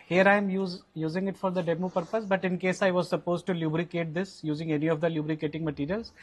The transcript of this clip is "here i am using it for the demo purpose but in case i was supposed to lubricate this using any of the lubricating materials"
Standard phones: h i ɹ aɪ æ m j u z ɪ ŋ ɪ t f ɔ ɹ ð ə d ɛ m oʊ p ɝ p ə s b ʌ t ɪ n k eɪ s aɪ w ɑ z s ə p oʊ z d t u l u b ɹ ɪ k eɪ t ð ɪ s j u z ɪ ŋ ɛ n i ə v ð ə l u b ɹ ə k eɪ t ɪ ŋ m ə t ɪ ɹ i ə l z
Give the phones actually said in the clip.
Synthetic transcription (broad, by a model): h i ɹ aɪ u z j u z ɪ ŋ ɪ t f ɔ ɹ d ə d ɛ m oʊ p ɝ p ə s b ʌ t ɪ n k eɪ s aɪ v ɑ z s ə p oʊ z d t u l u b ɹ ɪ k eɪ t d ɪ s j u z ɪ ŋ ɛ n i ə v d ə l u b ɹ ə k eɪ t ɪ ŋ m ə t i ɹ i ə l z